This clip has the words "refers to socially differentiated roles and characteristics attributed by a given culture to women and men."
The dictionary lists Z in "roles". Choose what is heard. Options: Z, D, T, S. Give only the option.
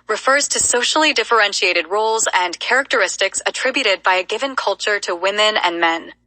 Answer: Z